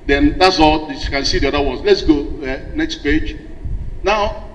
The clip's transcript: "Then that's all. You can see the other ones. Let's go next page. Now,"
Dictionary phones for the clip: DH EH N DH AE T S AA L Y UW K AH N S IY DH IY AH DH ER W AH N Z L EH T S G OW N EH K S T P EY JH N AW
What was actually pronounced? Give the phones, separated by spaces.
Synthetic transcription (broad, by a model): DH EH N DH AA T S AA L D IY K AH N S IY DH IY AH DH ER W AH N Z L EH T S G OW N EH K S T P EY JH N AW